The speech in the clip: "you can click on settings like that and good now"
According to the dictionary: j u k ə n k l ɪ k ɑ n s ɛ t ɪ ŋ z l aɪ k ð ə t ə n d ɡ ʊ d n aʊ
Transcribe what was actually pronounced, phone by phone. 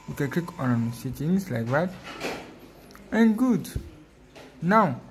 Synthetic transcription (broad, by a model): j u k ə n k ɪ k ɑ n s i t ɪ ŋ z l aɪ k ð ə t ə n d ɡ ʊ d n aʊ